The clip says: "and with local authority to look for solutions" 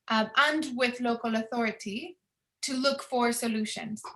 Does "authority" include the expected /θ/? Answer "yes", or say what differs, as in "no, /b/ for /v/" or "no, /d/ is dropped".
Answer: yes